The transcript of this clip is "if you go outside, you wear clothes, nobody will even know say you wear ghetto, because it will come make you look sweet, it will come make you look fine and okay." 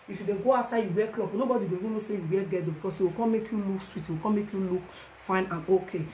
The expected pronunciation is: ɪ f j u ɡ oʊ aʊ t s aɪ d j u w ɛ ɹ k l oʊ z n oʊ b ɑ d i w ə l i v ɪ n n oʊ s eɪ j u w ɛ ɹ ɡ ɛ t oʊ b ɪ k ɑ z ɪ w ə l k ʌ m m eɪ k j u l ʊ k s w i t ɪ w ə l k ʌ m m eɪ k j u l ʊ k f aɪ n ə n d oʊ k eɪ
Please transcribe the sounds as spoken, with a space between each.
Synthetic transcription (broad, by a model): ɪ f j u ɡ oʊ aʊ s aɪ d j u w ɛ k l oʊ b n oʊ b ɑ d i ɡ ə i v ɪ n n oʊ s eɪ j u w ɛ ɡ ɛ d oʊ b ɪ k ɑ s ɪ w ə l k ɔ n m eɪ k j u l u k s w i t ɪ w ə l k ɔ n m eɪ k j u l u k f aɪ n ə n oʊ k eɪ